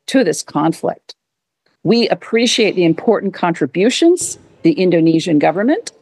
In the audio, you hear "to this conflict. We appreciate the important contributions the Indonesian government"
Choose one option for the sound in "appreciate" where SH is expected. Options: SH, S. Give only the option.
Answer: SH